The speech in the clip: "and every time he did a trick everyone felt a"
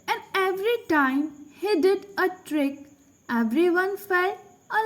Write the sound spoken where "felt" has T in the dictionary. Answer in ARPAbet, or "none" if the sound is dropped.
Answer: none